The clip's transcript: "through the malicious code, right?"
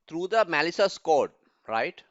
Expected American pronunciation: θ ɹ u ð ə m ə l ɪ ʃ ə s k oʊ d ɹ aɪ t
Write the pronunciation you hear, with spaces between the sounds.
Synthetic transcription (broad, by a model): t ɹ u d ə m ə l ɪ s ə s k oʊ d ɹ aɪ t